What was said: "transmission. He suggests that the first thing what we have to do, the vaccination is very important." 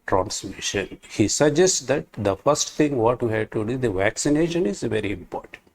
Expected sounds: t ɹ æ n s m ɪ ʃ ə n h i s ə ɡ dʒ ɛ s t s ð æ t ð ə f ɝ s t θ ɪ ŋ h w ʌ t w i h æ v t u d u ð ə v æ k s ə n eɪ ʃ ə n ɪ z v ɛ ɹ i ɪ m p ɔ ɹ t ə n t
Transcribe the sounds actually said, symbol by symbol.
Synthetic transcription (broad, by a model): t ɹ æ n s m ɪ ʃ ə n h i s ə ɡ dʒ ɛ s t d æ t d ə f ɝ s t t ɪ ŋ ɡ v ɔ t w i h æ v t u d u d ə v æ k s ə n eɪ ʃ ə n ɪ z v ɛ ɹ i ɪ m p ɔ ɹ t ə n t